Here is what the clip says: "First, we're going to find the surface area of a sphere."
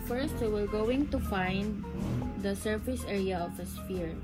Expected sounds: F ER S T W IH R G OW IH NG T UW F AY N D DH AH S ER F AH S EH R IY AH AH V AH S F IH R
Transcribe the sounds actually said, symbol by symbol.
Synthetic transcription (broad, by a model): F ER S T W IH R G OW IH NG T UW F AY N D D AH S ER F AH S EH R IY AH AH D AH S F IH R